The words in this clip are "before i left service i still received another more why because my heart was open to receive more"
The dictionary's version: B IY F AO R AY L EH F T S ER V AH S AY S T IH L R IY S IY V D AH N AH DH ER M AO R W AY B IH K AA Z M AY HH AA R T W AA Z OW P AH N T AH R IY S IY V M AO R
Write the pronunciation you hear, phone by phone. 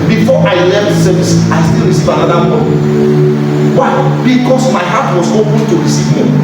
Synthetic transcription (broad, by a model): B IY F AO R AY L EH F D S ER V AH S AY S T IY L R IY S IY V AH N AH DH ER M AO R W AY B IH K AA S M AY HH AA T W AA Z OW P AH N T AH R IY S IY V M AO